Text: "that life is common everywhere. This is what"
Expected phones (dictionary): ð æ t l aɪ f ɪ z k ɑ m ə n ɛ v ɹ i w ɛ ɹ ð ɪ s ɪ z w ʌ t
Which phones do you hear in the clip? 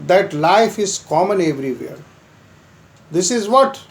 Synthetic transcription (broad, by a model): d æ t l aɪ f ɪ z k ɑ m ə n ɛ v ɹ i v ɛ ɹ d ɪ s ɪ z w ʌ t